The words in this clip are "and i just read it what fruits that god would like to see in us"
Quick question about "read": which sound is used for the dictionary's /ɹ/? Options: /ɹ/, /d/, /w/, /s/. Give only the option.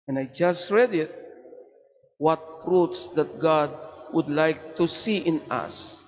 /ɹ/